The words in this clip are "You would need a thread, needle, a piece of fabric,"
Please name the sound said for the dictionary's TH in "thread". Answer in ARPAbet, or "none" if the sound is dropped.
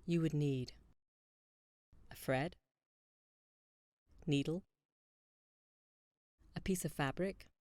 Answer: F